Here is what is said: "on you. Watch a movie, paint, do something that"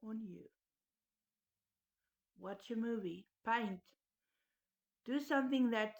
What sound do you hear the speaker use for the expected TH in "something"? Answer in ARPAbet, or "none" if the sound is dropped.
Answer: TH